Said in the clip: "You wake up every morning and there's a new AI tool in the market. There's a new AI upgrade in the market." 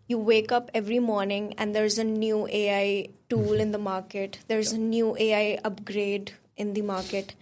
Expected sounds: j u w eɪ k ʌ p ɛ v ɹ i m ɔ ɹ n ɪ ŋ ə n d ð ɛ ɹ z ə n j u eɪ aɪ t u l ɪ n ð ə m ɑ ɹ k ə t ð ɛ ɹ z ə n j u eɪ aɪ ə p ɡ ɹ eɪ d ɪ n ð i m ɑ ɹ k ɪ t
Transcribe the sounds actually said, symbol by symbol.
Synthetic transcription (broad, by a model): j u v eɪ k ʌ p ɛ v ɹ i m ɔ ɹ n ɪ ŋ ə n d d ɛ ɹ z ə n j u eɪ aɪ t u l ɪ n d ə m ɑ ɹ k ə t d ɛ ɹ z ə n j u eɪ aɪ ə p ɡ ɹ eɪ d ɪ n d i m ɑ ɹ k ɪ t